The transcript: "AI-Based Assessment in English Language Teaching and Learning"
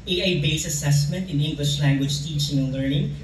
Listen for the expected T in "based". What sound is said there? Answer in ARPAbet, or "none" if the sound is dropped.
none